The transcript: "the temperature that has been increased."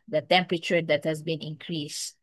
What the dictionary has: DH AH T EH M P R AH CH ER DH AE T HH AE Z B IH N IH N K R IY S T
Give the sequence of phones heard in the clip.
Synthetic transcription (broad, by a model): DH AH T EH M P R AH CH ER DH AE T HH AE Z B IH N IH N K R IY S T